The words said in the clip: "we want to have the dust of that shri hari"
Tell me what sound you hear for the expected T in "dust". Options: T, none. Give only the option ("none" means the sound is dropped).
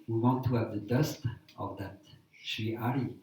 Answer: T